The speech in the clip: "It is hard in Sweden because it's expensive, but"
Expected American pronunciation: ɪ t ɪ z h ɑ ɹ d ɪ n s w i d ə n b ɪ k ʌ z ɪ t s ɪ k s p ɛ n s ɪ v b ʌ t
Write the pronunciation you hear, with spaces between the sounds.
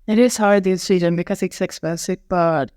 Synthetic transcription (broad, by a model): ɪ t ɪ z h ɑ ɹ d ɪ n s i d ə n b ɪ k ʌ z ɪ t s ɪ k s b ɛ s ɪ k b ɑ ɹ